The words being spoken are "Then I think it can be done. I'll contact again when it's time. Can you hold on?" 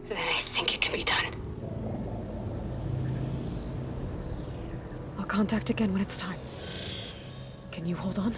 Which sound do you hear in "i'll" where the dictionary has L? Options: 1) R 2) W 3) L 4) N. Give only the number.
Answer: 3